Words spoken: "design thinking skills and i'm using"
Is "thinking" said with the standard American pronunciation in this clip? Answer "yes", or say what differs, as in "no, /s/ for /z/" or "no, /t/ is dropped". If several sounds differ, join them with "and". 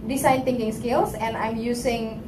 no, /t/ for /θ/